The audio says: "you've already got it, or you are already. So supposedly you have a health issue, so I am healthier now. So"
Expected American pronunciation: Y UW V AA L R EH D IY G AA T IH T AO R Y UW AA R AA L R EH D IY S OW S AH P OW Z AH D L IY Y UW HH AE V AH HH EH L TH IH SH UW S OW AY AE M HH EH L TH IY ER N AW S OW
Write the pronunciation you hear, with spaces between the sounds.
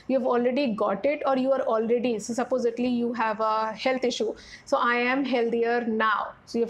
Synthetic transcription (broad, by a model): Y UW V AA L R EH D IY G AA T IH T AO R Y UW AA R AA L R EH D IY S OW S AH P OW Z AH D L IY Y UW HH AE V AH HH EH L T IH SH UW S OW AY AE M HH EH L T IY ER N AW S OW